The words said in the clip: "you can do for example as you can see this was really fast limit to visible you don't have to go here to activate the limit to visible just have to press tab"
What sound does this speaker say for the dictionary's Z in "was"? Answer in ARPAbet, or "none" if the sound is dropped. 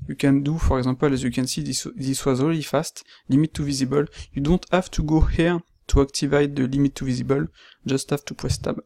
Z